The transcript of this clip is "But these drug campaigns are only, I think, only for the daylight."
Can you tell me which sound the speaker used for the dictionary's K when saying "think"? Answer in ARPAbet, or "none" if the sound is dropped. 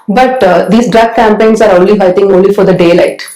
none